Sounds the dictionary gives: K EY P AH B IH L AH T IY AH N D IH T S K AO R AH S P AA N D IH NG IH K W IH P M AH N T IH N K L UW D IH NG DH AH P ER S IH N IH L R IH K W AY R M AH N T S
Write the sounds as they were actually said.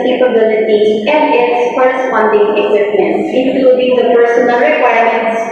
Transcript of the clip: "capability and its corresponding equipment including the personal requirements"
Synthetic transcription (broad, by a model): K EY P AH B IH L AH T IY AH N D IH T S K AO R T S F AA N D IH NG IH K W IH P M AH N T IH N K L UW D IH NG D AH P ER S IH N IH L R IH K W AY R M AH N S